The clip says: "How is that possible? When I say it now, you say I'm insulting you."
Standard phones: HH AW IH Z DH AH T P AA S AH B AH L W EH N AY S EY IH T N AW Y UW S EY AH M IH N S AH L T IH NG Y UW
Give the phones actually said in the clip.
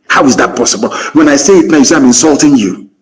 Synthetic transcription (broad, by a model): HH AW IH Z DH AH T P AA S AH B AH L W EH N AY S EY IH T N AW Y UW S EY AH M IH N S AH L T IH NG Y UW